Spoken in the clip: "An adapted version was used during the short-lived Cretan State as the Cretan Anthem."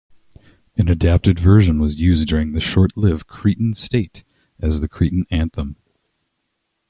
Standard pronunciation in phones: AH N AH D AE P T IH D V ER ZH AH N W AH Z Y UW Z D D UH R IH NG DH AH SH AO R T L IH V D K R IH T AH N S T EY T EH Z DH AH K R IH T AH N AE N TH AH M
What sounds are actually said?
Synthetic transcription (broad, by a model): AH N AH D AE P T IH D V ER ZH AH N W AH Z Y UW Z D D UH R IH NG DH AH SH AO R T L IH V K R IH T N S T EY T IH Z DH AH K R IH T N AE N TH AH M